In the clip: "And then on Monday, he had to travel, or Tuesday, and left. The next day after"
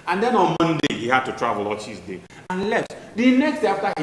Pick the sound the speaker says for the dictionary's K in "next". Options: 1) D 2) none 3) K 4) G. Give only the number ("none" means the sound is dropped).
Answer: 3